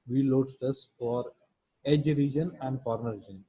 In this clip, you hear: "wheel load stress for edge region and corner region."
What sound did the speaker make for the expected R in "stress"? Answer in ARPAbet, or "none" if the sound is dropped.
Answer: none